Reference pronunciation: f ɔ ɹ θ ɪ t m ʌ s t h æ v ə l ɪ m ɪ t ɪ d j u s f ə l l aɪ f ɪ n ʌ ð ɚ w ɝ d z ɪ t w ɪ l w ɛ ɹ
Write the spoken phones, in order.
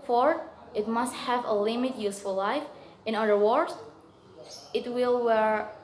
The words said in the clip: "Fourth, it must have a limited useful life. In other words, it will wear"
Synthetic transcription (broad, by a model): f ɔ ɹ ɪ t m ʌ s t h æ v ə l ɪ m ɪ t j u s f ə l l aɪ f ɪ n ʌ ɚ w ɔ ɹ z ɪ t w ɪ l w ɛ ɹ